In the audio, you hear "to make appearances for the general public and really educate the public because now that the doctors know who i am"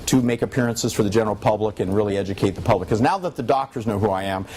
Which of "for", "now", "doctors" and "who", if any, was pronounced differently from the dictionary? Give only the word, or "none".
none